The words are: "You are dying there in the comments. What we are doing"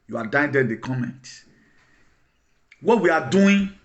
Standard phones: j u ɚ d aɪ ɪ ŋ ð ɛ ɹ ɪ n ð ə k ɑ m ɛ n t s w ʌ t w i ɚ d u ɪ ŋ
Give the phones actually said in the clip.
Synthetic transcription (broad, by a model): j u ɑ d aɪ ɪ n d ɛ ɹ ɪ n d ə k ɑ m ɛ n t w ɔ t w i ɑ d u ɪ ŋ